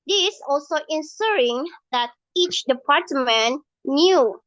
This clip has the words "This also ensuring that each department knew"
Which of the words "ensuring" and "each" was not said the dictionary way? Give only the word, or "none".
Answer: ensuring